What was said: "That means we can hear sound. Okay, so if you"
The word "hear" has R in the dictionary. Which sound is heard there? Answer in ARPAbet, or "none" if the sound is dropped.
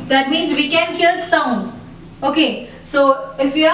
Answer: L